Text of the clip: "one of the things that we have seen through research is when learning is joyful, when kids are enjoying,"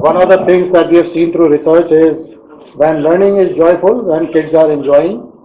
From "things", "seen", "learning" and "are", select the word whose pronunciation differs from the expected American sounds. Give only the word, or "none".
things